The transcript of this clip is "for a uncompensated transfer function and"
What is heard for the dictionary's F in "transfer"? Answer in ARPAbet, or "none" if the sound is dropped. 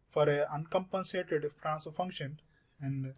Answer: none